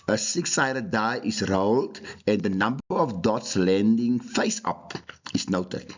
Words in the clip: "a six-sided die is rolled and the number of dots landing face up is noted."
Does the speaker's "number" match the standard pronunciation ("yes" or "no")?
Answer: yes